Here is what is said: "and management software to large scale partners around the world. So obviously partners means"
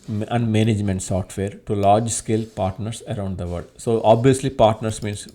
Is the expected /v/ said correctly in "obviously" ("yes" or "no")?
yes